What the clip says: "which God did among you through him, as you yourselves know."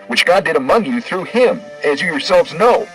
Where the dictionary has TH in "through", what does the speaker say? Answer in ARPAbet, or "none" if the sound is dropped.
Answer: TH